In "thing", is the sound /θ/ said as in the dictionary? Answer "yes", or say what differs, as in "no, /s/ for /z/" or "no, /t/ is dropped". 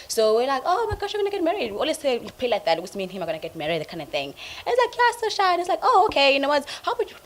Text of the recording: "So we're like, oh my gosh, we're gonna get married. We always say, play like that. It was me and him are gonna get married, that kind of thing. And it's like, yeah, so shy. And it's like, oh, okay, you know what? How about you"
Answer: yes